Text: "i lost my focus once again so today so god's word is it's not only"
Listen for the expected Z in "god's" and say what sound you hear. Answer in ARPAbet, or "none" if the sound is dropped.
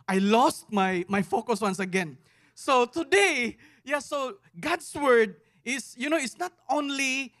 S